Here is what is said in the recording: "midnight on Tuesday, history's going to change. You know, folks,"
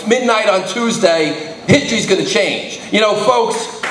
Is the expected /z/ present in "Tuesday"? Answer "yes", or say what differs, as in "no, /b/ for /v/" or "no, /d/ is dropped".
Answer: yes